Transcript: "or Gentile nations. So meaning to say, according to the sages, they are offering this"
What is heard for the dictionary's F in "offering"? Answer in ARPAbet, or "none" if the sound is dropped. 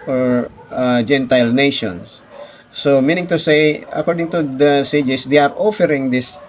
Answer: F